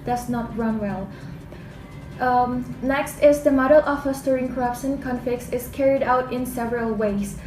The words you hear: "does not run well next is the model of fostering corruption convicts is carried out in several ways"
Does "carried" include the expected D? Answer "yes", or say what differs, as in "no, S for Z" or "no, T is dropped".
yes